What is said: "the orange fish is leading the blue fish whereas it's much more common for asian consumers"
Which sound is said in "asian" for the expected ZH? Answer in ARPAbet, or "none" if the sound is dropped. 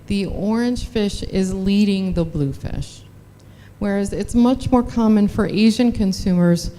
ZH